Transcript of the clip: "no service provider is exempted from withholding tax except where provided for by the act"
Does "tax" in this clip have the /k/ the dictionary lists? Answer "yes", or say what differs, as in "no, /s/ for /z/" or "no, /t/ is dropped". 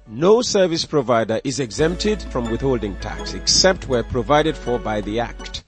yes